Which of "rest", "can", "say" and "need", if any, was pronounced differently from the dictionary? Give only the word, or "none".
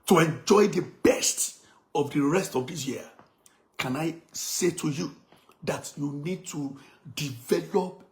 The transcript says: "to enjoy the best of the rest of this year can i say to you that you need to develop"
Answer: none